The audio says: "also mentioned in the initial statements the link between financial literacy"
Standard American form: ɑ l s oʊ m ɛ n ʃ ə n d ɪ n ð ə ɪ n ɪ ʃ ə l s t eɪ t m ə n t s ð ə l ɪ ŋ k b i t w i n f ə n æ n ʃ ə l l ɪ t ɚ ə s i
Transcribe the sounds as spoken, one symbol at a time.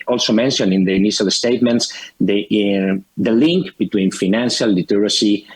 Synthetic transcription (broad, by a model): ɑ l s oʊ m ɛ n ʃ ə n ɪ n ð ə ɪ n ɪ ʃ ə l s t eɪ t m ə n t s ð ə l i ŋ k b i t w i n f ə n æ n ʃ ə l l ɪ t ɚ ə s i